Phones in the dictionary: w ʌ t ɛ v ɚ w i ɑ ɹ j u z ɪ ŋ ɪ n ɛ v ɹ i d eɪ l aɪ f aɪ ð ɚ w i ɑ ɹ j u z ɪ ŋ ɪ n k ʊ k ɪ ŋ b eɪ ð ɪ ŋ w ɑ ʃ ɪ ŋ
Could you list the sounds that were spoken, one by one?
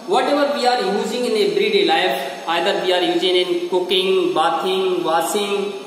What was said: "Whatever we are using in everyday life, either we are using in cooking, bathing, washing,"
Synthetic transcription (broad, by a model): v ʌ t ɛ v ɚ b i ɑ ɹ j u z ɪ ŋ ɪ n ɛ b ɹ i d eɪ l aɪ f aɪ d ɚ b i ɑ ɹ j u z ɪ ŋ ɪ n k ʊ k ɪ ŋ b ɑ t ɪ ŋ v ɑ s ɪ ŋ